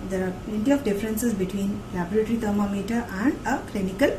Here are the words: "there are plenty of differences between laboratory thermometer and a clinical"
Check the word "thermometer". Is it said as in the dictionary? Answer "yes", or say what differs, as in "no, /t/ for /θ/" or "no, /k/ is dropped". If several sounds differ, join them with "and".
no, /t/ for /θ/